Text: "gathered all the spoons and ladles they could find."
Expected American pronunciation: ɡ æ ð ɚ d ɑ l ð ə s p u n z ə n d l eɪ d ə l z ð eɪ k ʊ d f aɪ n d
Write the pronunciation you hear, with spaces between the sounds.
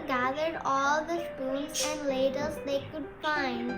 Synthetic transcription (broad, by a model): ɡ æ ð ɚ d ɑ l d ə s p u l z ə n d l eɪ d ə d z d eɪ k ʊ d f aɪ n d